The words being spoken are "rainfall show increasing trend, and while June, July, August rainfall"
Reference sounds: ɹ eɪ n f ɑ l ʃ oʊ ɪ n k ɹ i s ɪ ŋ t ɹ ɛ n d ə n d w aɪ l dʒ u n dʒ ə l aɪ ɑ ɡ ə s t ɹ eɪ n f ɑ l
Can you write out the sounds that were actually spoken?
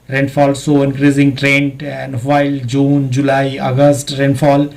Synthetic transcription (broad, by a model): ɹ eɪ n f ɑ l s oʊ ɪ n k ɹ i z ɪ ŋ t ɹ ɛ n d ə n d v aɪ l dʒ u n dʒ ə l aɪ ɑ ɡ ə s t ɹ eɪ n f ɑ l